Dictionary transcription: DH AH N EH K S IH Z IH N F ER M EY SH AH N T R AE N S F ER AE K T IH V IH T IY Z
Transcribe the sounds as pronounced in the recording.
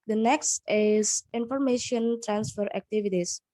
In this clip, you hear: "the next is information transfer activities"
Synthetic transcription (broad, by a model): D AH N EH K S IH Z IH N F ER M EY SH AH N T R AE N S F ER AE K T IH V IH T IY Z